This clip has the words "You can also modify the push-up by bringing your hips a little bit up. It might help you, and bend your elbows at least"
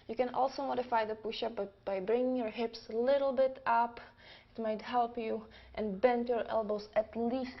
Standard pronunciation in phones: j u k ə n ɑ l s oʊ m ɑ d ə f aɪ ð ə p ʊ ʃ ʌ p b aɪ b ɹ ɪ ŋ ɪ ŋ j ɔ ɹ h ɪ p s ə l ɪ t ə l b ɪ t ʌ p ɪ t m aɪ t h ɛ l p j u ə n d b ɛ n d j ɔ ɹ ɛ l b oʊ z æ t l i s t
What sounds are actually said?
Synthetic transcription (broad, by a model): j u k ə n ɑ l s oʊ m ɑ d ə f aɪ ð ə p ʊ ʃ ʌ b b aɪ b ɹ ɪ ŋ ɪ ŋ j ɔ ɹ h ɪ p s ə l ɪ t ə l b ɪ t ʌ p ɪ t m aɪ t h ɛ l p j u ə n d b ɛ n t j ɔ ɹ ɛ l b oʊ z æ t l i s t